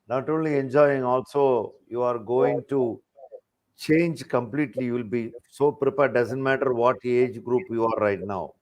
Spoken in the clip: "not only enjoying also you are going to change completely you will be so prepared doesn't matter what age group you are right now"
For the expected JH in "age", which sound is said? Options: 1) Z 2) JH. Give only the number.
2